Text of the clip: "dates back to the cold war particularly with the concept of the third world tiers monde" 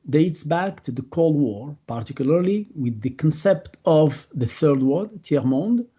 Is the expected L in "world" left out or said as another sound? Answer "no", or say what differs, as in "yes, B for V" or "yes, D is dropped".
yes, L is dropped